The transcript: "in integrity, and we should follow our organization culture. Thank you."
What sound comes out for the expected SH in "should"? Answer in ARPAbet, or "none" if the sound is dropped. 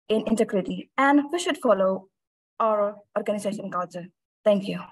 SH